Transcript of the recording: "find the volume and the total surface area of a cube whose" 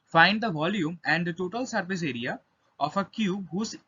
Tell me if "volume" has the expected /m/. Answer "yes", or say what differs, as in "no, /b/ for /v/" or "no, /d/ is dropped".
yes